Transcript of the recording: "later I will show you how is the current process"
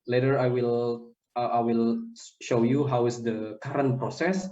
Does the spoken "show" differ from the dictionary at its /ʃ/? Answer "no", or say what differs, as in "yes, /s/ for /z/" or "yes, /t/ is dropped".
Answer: no